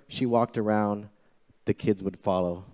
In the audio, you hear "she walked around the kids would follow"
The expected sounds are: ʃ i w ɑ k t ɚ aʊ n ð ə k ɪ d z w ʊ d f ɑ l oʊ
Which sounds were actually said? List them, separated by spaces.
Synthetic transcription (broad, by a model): ʃ i w ɑ k t ɚ aʊ n ð ə k ɪ d z w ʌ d f ɑ l oʊ